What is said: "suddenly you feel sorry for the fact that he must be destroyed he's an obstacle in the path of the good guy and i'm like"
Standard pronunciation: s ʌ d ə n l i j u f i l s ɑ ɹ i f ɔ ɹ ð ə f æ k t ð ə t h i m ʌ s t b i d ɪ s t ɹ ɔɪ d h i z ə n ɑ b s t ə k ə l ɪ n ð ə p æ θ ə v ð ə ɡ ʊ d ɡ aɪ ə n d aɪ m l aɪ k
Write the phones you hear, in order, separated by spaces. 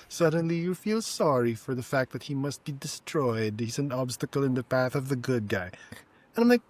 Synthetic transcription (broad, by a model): s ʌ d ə n l i j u f i l s ɑ ɹ i f ɔ ɹ ð ə f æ k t ð ə t h i m ʌ s t b i d ɪ s t ɹ ɔɪ d h i z ə n ɑ b s t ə k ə l ɪ n ð ə p æ θ ə v ð ə ɡ ʊ d ɡ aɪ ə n aɪ m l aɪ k